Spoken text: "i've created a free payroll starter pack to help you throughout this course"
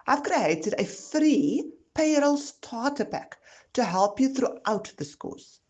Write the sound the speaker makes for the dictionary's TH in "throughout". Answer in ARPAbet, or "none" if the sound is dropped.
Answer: TH